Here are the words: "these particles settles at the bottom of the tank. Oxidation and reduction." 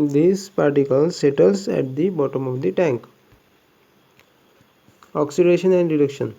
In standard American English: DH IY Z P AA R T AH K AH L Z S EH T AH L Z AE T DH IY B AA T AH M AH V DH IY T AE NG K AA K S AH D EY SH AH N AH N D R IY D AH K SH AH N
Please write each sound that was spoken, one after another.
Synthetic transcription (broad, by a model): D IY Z P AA R T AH K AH L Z S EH T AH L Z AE T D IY B AA T AH M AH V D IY T AE NG K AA K S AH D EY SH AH N AH N D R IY D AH K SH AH N